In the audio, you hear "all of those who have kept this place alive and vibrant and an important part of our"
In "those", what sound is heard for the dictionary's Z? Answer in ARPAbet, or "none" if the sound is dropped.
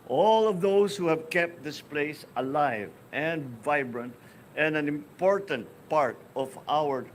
S